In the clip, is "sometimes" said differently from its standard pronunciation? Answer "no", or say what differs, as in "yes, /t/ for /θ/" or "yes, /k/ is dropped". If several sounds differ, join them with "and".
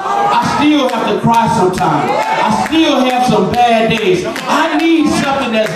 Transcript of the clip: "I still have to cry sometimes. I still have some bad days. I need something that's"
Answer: yes, /z/ is dropped